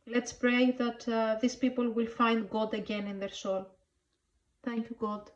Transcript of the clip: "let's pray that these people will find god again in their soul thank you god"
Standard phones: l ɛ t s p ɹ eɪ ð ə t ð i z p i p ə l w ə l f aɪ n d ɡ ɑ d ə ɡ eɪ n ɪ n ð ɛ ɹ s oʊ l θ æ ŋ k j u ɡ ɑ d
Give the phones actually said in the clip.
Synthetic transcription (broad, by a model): l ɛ t s p ɹ eɪ ð ə t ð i s p i p ə l w ə l f aɪ n d ɡ ɑ d ə ɡ eɪ n ɪ n ð ɛ ɹ s oʊ l θ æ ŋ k j u ɡ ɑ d